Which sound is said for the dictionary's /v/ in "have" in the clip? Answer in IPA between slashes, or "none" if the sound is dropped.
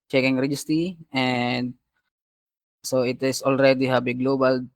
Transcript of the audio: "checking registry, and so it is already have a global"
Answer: /b/